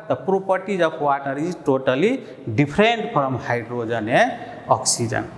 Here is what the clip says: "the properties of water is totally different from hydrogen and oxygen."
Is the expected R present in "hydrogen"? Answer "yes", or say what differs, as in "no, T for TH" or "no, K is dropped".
yes